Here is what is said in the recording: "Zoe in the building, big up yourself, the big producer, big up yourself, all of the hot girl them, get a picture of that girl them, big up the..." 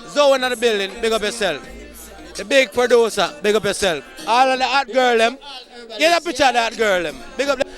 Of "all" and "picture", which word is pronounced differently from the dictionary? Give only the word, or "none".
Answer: picture